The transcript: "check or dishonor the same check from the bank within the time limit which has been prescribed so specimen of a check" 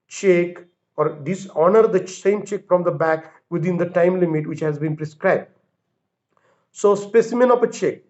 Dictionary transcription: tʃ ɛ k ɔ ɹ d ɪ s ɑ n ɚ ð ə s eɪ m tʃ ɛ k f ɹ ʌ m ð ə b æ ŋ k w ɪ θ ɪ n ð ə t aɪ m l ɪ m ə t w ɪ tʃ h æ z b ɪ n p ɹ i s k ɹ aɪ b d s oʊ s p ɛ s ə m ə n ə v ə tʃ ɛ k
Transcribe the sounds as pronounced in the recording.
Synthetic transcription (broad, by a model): tʃ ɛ k ɔ ɹ d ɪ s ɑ n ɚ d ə s eɪ m tʃ ɛ k f ɹ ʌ m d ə b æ k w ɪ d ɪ n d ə t aɪ m l ɪ m ə t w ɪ tʃ h æ z b ɪ n p ɹ i s k ɹ aɪ b d s oʊ s p ɛ s ə m ə n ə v ə tʃ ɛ k